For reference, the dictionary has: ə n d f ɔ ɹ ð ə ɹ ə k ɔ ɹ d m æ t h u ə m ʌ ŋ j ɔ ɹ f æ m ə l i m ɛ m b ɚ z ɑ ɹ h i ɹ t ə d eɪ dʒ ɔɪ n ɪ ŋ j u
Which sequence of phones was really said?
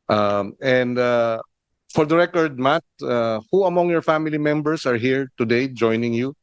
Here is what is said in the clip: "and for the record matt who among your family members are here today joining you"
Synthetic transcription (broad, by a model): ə n d f ɔ ɹ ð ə ɹ ə k ɔ ɹ d m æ t h u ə m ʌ ŋ j ɔ ɹ f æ m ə l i m ɛ m b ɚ s ɑ ɹ h i ɹ t ə d eɪ dʒ ɔɪ n ɪ ŋ j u